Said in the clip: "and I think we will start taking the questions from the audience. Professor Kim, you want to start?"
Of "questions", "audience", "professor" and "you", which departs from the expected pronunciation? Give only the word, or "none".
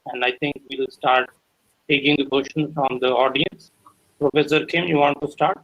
questions